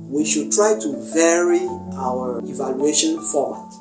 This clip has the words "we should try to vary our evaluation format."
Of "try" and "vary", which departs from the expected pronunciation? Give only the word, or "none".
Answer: none